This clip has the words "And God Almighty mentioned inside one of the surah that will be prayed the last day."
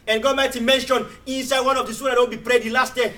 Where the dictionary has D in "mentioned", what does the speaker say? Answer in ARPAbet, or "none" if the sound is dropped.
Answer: none